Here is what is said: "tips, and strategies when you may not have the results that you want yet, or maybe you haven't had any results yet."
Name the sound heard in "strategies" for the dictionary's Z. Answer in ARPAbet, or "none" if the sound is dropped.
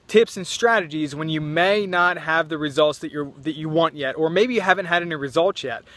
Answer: Z